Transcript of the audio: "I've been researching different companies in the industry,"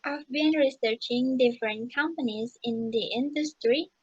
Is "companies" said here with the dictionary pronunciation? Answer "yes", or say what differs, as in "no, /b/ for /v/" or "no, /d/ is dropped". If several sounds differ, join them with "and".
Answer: yes